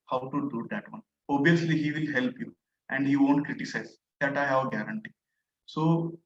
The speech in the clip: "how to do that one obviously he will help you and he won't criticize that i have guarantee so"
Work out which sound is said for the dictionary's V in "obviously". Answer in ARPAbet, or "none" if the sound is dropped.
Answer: none